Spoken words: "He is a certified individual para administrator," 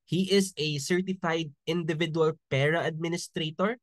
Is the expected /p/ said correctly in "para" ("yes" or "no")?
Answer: yes